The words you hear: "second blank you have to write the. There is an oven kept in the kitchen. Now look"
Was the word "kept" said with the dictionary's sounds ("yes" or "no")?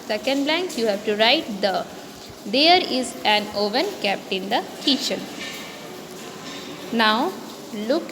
no